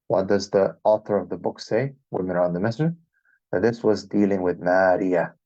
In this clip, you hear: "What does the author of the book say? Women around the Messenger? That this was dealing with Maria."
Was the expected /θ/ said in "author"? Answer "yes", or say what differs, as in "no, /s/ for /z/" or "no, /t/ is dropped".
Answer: yes